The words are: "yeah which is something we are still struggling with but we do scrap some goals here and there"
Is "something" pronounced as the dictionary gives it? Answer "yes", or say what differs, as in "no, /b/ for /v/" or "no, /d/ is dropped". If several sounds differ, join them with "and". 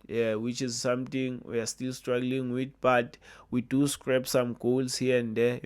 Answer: no, /t/ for /θ/